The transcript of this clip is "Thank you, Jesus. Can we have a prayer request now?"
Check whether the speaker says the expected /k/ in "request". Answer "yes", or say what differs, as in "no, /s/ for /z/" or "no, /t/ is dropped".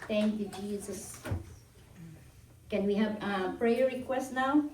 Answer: yes